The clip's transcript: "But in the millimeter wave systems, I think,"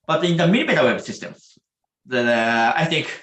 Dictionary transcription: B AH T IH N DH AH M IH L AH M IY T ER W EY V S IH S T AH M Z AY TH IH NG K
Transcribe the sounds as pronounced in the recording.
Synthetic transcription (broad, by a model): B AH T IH N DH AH M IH N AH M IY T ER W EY B S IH S T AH M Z AY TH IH NG K